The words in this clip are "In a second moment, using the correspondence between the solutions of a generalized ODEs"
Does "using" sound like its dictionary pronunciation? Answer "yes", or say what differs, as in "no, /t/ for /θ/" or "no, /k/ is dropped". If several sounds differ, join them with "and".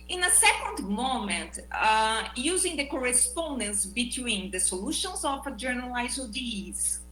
yes